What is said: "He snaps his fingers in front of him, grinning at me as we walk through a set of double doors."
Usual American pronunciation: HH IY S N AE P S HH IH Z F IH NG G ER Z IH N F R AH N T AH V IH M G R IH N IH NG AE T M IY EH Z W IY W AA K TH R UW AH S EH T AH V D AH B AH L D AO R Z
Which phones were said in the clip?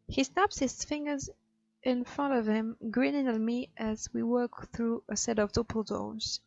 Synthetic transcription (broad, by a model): HH IY S N AE P S HH IH Z F IH NG G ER Z IH N F R AH N T AH V IH M G R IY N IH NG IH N M IY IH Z W IY W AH K TH R UW AH S EH T AH V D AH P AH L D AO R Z